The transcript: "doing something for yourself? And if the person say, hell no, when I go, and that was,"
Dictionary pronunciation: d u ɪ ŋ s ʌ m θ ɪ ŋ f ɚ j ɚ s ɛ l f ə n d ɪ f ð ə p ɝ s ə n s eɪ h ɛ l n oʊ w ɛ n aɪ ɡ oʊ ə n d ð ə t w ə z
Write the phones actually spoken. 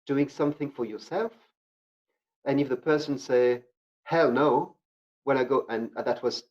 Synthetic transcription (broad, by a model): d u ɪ ŋ s ʌ m θ ɪ ŋ f ɚ j ɚ s ɛ l f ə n ɪ f ð ə p ɝ s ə n s eɪ h ɛ l n oʊ w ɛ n aɪ ɡ oʊ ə n ð ə t w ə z